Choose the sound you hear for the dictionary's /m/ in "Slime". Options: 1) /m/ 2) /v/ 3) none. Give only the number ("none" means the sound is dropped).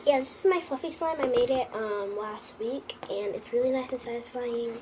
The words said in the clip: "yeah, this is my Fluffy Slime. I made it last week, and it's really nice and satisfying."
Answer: 1